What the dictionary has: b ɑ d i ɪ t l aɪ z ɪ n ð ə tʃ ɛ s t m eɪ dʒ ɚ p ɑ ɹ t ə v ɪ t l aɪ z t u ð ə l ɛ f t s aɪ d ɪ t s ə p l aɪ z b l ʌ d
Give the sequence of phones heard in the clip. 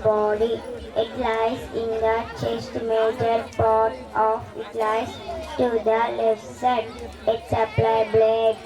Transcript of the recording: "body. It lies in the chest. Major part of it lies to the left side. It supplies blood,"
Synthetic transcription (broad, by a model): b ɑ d i ɪ t l aɪ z ɪ n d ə tʃ ɛ s t m eɪ dʒ ɚ p ɑ ɹ t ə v ɪ t l aɪ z t u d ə l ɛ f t s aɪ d ɪ t s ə p l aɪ b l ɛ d